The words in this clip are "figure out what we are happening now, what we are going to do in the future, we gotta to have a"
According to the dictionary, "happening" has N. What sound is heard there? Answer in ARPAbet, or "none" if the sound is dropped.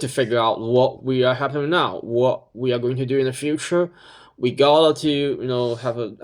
none